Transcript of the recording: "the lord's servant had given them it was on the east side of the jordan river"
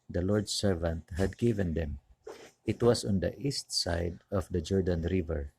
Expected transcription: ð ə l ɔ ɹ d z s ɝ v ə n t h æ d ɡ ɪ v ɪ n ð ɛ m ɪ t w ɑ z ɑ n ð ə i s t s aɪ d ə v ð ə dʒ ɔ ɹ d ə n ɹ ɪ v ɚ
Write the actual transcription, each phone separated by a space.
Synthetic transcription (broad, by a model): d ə l ɔ ɹ d s ɝ v ə n t h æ d ɡ ɪ v ɪ n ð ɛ m ɪ t w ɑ s ɑ n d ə i s t s aɪ d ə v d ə dʒ ɔ ɹ d ə n ɹ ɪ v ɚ